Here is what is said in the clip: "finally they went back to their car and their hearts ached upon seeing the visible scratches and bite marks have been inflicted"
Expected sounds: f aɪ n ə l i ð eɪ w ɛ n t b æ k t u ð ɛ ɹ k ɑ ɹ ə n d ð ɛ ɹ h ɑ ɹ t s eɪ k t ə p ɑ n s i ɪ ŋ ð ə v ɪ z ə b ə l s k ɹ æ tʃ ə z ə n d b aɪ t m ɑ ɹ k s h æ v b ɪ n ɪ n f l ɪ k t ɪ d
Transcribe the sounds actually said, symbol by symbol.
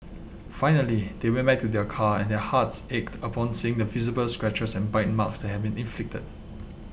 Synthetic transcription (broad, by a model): f aɪ n ə l i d eɪ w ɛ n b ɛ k t u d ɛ k ɑ ə n d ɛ h ɑ t s eɪ k t ə p ɑ n s i ɪ ŋ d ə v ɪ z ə b ə l s k ɹ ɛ tʃ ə s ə n b aɪ t m ɑ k s h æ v b ɪ n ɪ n f l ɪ k t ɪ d